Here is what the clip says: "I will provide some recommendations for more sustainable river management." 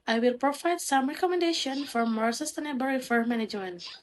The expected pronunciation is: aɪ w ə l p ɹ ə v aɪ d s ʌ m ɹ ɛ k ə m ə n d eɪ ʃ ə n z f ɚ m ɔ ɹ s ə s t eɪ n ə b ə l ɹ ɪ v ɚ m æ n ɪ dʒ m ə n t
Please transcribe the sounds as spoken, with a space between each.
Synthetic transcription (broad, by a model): aɪ w ə l p ɹ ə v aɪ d s ʌ m ɹ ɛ k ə m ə n d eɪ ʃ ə n f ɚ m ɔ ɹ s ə s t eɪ n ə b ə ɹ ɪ f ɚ m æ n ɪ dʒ m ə n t